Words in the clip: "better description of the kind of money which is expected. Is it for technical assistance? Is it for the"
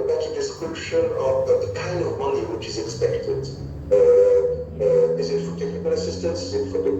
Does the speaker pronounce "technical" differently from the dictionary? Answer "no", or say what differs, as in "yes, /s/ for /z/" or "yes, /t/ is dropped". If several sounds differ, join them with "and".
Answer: yes, /n/ is dropped